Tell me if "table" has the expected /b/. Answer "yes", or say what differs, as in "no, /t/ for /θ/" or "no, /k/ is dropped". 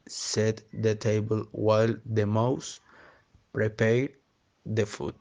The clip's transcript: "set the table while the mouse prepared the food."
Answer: yes